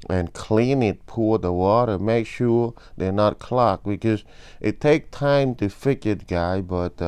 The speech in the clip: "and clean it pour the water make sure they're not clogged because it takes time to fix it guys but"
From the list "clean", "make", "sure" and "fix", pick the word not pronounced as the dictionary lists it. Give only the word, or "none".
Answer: fix